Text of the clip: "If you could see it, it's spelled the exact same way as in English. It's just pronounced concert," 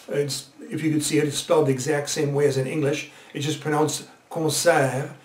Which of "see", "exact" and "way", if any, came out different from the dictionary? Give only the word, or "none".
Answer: none